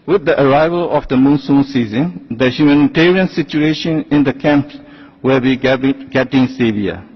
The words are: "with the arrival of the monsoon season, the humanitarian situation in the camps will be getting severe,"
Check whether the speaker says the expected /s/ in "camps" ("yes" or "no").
no